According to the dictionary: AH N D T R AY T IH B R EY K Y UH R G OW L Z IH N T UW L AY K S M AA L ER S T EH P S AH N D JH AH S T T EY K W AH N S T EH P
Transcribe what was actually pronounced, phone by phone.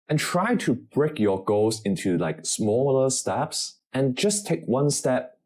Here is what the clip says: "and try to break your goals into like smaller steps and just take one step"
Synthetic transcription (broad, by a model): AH N T R AY T IH B R EY K Y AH R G OW Z IH N T UW L AY K S M AA L ER S T EH P S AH N JH AH S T T EY K W AH N S T EH P